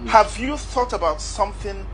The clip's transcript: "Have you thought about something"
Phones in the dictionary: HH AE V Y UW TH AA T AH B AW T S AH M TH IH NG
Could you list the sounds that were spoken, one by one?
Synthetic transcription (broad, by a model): HH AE V Y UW TH AA T AH B AW T S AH M TH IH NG